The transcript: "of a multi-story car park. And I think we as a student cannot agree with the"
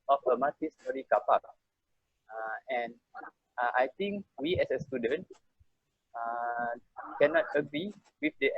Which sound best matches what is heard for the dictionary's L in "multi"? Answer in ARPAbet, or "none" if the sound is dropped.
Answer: none